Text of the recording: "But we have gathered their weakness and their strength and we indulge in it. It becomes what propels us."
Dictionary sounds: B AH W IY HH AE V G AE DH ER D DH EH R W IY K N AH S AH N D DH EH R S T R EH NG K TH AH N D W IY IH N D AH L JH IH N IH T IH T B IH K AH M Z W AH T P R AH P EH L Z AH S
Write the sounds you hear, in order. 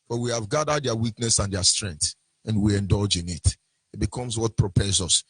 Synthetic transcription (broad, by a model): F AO W IY HH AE V G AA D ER D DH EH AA W IY K N AH S AH N D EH S T R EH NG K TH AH N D W IY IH N D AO L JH IH N IH T IH T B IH K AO M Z W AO T P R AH P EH Z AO S